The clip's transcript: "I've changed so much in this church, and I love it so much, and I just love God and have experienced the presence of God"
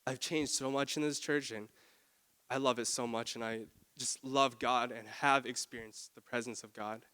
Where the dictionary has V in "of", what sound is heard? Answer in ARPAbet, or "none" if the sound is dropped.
V